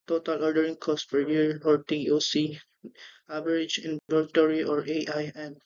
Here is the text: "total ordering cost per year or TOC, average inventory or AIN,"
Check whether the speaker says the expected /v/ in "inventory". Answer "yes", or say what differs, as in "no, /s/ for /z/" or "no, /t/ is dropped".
no, /b/ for /v/